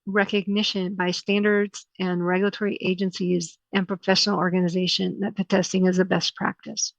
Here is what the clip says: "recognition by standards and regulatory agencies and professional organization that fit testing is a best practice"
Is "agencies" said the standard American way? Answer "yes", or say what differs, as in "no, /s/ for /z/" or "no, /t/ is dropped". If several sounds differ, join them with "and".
yes